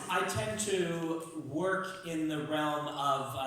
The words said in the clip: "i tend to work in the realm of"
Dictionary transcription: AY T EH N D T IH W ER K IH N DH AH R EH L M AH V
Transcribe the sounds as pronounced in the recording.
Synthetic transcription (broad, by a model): AY T EH N T IH W ER K IH N DH AH R EH L M AH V